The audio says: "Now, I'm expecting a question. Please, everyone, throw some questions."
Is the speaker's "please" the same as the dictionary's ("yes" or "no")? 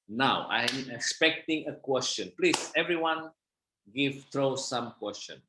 yes